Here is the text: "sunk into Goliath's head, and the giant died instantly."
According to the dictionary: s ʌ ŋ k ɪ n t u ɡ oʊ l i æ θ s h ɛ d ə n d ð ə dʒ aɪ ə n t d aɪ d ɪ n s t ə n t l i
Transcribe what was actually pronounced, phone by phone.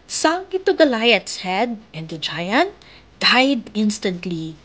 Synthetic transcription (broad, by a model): s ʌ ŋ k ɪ t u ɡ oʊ l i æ t s h ɛ d ə n d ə dʒ aɪ ə n t d aɪ d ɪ n s t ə n t l i